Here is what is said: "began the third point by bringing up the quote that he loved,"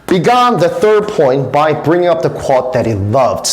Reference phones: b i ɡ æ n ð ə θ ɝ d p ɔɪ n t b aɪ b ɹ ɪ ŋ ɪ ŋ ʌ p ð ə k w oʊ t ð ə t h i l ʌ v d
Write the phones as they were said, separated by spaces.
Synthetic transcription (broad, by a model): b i ɡ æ n ð ə θ ɝ d p ɔɪ n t b aɪ b ɹ ɪ ŋ ɪ ŋ ʌ p ð ə k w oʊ t ð ə t h i l ʌ v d